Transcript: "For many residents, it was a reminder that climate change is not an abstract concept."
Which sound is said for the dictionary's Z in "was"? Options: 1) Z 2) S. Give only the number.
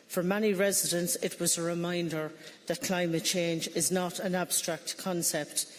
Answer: 1